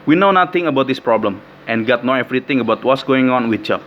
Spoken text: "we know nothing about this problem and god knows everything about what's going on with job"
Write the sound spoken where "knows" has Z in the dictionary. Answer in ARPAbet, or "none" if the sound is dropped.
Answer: none